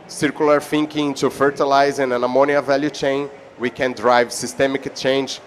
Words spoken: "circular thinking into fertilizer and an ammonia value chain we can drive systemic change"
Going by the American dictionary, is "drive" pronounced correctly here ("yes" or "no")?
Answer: yes